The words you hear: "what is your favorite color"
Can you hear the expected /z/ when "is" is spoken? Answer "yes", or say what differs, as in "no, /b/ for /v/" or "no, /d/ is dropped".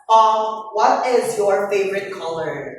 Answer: yes